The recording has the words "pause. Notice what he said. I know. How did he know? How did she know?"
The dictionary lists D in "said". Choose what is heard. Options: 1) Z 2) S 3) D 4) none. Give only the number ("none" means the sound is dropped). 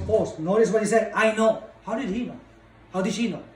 4